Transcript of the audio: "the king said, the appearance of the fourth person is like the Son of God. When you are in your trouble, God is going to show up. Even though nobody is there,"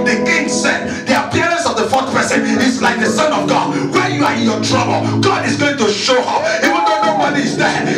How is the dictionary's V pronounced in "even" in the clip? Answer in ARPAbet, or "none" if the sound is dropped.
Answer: W